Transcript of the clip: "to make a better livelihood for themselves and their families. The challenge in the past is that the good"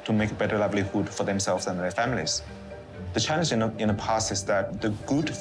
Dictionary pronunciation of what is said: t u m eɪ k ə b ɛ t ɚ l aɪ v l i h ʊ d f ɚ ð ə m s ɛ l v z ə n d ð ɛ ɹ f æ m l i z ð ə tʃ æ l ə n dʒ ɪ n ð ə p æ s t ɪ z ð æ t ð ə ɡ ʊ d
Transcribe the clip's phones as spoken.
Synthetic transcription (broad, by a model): t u m eɪ k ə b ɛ t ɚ l aɪ v l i h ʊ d f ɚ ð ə m s ɛ l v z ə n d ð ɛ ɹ f æ m l i z ð ə tʃ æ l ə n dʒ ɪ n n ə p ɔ s ɪ s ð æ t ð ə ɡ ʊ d